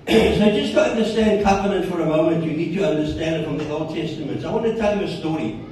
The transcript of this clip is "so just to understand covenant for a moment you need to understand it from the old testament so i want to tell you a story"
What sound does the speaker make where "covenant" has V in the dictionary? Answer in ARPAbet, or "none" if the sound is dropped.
P